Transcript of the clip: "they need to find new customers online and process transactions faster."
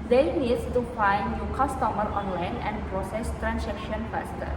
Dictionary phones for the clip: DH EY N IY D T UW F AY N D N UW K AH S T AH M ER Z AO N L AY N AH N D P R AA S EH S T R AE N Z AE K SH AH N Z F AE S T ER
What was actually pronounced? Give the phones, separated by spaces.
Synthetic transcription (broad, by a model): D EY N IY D T UW F AY N D L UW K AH S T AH M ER AO N L AY N AH N D P R AA S EH S T R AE N S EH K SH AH N F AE S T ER